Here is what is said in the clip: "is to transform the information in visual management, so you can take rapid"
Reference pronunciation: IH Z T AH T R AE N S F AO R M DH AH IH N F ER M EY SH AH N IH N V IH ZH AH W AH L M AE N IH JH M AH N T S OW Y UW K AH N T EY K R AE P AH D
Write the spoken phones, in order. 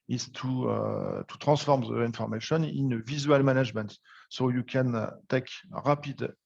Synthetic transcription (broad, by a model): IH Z T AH T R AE S F AO R M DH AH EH N F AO M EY SH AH N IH N V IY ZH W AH L M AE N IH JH M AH N T S OW Y UW K AH N T EY K R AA P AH D